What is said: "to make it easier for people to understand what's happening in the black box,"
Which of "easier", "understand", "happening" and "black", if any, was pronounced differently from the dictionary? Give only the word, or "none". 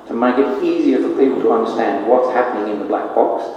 none